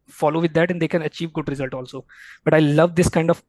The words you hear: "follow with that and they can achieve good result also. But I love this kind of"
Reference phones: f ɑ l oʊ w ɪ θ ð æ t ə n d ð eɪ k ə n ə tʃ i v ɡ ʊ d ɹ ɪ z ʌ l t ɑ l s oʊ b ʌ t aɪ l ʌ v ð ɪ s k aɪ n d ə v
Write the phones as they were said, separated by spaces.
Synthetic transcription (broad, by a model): f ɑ l oʊ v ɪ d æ t ə n d eɪ k ə n ə tʃ i v ɡ ʊ d ɹ ɪ z ʌ l t ɑ l s oʊ b ʌ t aɪ l ʌ v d ɪ s k aɪ n d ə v